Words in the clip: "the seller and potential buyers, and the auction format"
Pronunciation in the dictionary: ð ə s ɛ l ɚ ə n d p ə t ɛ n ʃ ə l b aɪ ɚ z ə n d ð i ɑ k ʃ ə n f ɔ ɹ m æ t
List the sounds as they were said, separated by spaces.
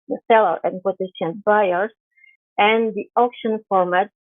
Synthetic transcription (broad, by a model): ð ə s ɛ l ɚ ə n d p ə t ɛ ʃ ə n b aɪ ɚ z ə n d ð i ɑ k ʃ ə n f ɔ ɹ m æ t